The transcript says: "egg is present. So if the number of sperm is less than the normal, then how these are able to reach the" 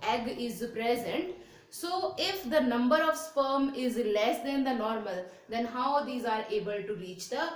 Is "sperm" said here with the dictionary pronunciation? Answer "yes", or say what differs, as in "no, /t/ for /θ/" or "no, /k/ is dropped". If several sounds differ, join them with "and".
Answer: yes